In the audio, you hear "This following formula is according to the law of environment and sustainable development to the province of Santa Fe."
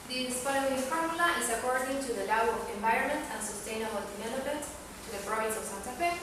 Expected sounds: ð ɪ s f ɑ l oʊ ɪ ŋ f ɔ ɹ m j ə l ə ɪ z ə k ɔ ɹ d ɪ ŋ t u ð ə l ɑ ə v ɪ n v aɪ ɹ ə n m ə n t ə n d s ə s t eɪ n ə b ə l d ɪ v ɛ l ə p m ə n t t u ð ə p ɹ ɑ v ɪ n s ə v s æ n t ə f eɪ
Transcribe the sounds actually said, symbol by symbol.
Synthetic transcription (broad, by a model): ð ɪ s p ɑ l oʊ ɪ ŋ f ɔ ɹ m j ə l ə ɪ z ə k ɔ ɹ d ɪ ŋ t u ð ə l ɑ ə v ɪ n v aɪ ɹ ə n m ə n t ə n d s ə s t eɪ n ə b ə l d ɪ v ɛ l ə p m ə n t t u ð ə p ɹ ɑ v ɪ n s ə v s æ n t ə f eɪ